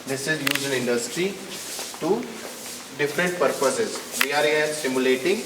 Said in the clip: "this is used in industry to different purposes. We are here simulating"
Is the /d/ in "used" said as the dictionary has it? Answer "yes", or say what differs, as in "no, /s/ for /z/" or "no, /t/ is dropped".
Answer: no, /d/ is dropped